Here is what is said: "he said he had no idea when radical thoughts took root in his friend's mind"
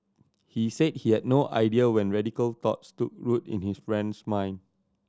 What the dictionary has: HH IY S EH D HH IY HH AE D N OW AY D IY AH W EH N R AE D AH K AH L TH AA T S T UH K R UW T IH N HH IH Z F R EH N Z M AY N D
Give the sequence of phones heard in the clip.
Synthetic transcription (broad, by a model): HH IY S EH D HH IY HH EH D N OW AY D IY AH W EH N R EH D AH K AH L T AA T S T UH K R UW T IH N HH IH S F R EH N S M AY N